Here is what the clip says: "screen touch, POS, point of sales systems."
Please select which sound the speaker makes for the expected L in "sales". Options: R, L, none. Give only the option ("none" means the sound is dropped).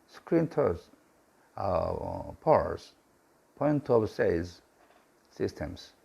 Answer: none